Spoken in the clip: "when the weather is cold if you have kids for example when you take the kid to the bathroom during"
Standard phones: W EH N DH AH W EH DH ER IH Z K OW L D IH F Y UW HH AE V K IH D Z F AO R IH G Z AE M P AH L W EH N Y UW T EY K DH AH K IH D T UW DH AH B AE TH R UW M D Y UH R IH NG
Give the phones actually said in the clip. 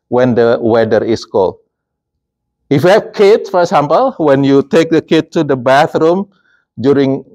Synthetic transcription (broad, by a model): W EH N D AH W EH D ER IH S K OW L IH F Y UW HH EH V K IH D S F AO R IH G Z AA M P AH L W EH N Y UW T EY K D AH K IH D T UW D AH B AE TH R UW M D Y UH R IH NG